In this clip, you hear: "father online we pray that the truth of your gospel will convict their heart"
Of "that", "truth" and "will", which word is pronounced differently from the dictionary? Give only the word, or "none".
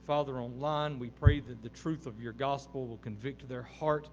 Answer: none